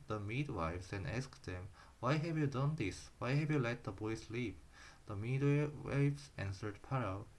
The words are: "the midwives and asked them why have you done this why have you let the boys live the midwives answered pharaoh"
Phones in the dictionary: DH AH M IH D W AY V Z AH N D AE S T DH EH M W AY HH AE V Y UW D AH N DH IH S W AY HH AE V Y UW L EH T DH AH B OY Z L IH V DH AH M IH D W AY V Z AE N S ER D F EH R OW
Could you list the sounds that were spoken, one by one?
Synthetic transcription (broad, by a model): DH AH M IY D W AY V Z AH N D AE S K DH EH M W AY HH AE V Y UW D AH N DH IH S W AY HH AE V Y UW L EH T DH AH B OY S L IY P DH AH M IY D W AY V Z AE N S ER D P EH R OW